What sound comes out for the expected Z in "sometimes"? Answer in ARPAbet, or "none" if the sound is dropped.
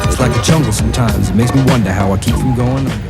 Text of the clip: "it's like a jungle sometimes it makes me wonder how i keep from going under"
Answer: Z